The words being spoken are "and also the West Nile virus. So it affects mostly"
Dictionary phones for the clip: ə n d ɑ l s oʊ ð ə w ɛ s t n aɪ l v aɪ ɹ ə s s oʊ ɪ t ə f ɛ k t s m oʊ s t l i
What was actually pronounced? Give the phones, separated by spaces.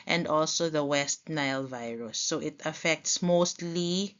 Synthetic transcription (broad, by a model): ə n d ɑ l s oʊ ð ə w ɛ s t n aɪ l v aɪ ɹ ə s s oʊ ɪ t ə f ɛ k t s m oʊ s t l i